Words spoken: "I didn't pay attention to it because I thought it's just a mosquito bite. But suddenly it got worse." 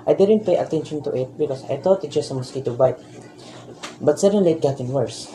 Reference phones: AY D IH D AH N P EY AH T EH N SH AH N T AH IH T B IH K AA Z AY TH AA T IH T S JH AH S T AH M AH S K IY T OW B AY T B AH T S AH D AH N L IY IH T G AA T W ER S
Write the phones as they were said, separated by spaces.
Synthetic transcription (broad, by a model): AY D IH D AH N P EY AH T EH N SH AH N T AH IH T B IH K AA S AY T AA T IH T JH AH S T AH M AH S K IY T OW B AY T B AH T S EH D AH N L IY IH T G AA T W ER S